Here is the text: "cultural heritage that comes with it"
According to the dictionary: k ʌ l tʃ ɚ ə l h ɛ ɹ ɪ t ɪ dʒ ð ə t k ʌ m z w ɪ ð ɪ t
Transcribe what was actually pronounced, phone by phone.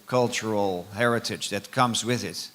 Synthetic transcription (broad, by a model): k ʌ l tʃ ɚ l h ɛ ɹ ɪ t ɪ dʒ ð ə t k ʌ m z w ɪ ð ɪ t